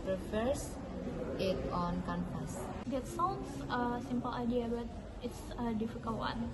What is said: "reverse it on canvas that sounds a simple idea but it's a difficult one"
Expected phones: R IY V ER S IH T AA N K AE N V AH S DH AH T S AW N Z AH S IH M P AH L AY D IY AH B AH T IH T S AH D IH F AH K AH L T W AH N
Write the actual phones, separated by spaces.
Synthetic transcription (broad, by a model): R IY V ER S IH T AA N K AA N P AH S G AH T S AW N S AH S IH M P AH L AY D IY AH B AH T IH T S AH D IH F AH K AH L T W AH N